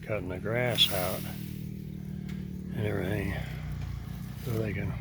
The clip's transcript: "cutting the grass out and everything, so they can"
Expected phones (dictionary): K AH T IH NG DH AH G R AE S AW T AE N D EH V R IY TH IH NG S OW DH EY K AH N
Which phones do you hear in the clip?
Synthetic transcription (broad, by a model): K AH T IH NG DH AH G R AE S AW T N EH R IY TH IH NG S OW DH EY K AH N